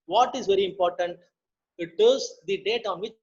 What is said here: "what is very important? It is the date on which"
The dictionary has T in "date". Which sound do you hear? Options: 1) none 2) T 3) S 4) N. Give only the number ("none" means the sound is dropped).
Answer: 2